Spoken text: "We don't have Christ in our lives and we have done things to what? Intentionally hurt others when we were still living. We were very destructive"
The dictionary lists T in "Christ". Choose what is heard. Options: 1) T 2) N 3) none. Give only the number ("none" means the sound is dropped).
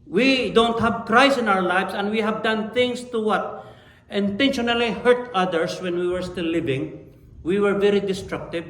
3